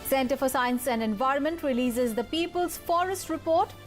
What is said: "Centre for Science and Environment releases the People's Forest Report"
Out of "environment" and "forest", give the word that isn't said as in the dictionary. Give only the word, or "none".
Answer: none